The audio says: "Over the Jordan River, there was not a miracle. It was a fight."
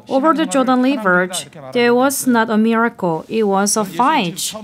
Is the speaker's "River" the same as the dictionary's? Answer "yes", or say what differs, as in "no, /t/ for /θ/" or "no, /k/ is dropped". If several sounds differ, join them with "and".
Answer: no, /l/ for /ɹ/